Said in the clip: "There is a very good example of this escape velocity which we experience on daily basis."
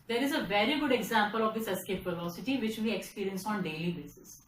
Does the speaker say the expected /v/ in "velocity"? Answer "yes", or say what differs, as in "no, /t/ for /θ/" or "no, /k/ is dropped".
no, /p/ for /v/